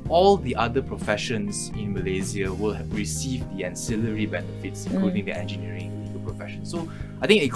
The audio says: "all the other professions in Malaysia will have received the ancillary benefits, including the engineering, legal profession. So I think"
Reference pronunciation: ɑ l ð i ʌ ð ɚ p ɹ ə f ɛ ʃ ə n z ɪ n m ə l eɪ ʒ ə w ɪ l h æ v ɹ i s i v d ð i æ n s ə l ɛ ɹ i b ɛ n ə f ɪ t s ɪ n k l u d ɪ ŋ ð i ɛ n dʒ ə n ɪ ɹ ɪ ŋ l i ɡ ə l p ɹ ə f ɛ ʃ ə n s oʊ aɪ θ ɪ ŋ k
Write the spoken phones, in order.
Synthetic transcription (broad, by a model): ɑ l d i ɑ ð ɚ p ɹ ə f ɛ ʃ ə n s ɪ n m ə l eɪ z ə w ɪ l h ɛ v ɹ i s i v d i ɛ n s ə l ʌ ɹ i b ɛ n ə f ɪ t s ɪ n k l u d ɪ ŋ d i ɛ n dʒ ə n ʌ ɹ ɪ ŋ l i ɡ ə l p ɹ ə f ɛ ʃ ə n s oʊ aɪ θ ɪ ŋ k